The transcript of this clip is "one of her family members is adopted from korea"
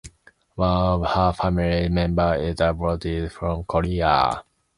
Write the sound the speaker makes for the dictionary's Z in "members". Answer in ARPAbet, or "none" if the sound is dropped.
none